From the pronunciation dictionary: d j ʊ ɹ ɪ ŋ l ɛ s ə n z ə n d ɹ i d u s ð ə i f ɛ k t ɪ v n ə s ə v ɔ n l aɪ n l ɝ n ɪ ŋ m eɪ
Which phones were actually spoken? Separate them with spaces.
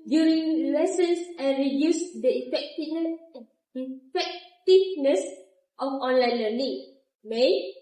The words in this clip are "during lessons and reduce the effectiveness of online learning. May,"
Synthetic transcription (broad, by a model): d j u ɹ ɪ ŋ l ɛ s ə n s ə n ɹ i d u s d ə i f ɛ k t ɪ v n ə s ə f ɔ n l aɪ n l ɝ l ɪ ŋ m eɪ